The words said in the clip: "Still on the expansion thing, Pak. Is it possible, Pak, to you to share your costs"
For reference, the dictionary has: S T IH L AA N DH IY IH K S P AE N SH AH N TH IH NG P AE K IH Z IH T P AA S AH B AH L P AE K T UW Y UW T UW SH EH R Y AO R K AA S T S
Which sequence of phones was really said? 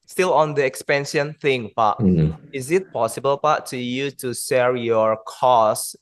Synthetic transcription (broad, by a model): S T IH L AA N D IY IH K S P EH N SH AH N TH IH NG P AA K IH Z IH T P AA S AH B AH L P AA T UW Y UW T UW S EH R Y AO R K AA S S